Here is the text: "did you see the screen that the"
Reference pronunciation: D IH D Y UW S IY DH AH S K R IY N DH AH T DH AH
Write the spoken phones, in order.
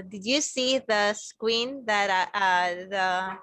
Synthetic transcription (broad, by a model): D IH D Y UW S IY DH AH S K W IY N DH AH T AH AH